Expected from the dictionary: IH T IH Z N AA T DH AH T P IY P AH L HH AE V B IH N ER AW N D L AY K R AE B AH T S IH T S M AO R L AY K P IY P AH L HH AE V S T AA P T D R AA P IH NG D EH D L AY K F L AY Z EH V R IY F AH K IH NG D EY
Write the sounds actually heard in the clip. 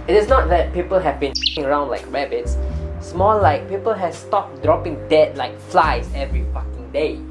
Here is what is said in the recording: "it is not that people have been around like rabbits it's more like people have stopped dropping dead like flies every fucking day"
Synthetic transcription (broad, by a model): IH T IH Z N AA T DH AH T P IY P AH L HH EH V B IH N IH AW N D L AY K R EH B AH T S S M AO L L AY K P IY P AH L HH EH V S T AA P D R AA P IH NG D EH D L AY K F L AY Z EH V R IY F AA K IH NG D EY